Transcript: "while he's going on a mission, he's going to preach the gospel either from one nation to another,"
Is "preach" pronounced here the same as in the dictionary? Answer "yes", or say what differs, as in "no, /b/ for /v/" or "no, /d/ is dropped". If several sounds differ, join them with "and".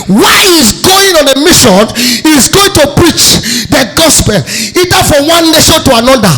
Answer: yes